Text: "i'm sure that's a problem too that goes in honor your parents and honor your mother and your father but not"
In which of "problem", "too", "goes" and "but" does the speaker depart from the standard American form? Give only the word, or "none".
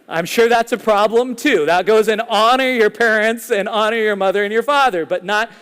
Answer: none